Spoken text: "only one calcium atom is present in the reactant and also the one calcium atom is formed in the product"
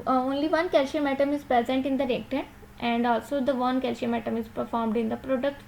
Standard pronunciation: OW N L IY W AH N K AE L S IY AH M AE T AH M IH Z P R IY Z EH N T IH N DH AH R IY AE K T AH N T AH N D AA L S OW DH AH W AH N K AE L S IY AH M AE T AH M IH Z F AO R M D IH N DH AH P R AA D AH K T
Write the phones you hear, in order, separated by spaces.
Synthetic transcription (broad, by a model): OW N L IY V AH N K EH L SH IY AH M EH T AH M IH Z P R IY Z EH N T IH N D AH R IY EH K T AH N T AH N D AA L S OW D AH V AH N K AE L SH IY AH M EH T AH M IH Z F AO R M D IH N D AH P R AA D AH K T